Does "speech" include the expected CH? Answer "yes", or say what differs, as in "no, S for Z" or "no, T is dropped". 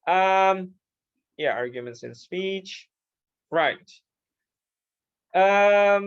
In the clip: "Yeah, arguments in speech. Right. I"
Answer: yes